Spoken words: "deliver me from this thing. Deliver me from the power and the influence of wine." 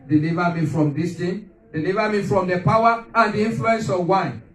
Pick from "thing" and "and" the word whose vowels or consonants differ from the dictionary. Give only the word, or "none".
thing